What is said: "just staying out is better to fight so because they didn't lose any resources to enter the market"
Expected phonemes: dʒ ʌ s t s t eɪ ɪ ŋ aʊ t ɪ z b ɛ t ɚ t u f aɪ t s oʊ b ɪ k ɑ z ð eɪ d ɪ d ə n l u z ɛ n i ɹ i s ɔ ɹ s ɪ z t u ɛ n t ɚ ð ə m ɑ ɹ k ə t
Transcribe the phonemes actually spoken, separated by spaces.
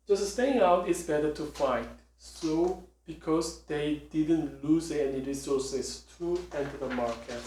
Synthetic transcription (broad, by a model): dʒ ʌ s s t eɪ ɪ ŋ aʊ t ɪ s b ɛ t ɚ t u f aɪ t s oʊ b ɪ k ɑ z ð eɪ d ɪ d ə n l u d ɛ n i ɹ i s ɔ s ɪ s t u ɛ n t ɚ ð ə m ɑ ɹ k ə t